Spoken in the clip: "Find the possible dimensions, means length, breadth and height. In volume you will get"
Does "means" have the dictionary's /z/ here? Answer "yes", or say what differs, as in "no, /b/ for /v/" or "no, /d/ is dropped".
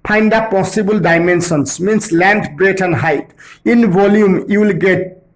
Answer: no, /s/ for /z/